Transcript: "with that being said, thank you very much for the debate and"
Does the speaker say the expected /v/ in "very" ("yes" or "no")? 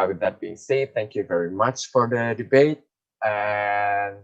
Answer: yes